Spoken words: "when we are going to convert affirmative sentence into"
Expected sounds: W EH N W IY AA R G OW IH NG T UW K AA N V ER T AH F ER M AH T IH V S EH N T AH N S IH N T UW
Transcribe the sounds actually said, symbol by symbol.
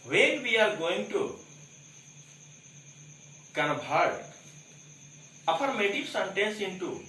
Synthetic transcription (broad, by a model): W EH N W IY AA R G OW IH NG T UW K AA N B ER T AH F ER M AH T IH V S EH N T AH N S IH N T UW